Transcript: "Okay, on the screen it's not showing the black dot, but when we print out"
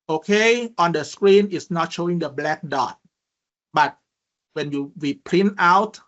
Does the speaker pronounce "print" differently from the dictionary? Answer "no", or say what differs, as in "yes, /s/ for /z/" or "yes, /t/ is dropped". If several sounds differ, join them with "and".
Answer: yes, /l/ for /ɹ/